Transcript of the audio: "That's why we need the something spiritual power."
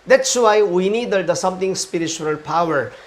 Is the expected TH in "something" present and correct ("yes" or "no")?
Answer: no